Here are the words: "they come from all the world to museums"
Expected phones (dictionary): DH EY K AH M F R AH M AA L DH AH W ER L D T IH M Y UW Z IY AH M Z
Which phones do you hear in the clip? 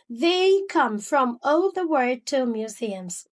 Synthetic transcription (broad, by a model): DH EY K AH M F R AH M AA L DH AH W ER D T IH M Y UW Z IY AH M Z